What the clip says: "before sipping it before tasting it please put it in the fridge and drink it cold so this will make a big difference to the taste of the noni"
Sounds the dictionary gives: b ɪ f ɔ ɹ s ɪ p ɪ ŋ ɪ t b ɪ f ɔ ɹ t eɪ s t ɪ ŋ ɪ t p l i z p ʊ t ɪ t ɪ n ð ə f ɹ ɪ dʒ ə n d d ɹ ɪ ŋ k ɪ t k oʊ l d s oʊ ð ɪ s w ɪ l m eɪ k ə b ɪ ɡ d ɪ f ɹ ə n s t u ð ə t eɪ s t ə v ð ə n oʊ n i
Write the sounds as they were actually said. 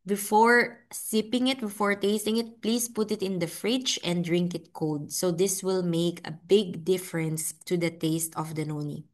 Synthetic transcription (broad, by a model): b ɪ f ɔ ɹ s ɪ p ɪ ŋ ɪ t b ɪ f ɔ ɹ t eɪ s t ɪ ŋ ɪ t p l i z p ʊ t ɪ t ɪ n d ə f ɹ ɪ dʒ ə n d d ɹ ɪ ŋ k ɪ t k oʊ d s oʊ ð ɪ s w ɪ l m eɪ k ə b ɪ ɡ d ɪ f ɹ ə n s t u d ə t eɪ s t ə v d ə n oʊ n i